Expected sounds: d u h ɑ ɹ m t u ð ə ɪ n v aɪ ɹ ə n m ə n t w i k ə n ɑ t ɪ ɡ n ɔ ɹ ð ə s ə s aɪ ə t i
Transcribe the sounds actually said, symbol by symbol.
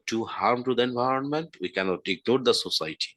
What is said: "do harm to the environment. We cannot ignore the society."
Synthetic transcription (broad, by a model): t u h ɑ ɹ m t u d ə ɪ n v aɪ ɹ ə n m ə n t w i k ə n ɑ t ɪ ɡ n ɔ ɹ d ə s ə s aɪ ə t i